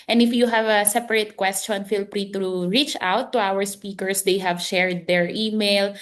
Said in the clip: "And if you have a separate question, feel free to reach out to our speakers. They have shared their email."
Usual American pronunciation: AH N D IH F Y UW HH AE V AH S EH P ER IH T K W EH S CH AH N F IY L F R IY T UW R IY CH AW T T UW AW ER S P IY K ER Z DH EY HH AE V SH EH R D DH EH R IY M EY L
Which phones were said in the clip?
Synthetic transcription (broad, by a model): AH N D IH F Y UW HH AE V AH S EH P ER IH T K W EH S CH AH N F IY L P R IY T UW R IY CH AW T T UW AW ER S P IY K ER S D EY HH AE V SH EH R D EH R IY M EY L